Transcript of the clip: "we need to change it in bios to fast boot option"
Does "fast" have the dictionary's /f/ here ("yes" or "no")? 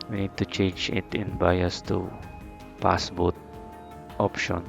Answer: no